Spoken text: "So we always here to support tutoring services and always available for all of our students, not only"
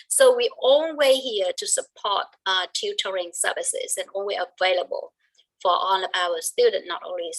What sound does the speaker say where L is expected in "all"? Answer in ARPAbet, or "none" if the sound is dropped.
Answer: N